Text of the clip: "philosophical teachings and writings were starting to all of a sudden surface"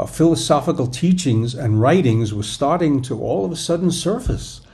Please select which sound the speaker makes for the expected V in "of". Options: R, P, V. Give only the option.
V